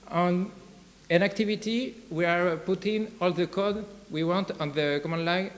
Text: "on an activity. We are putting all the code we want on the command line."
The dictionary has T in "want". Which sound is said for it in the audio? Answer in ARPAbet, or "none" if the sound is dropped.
T